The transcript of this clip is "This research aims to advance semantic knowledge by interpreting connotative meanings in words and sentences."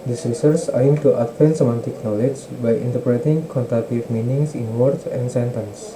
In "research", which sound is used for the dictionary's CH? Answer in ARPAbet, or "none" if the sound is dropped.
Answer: S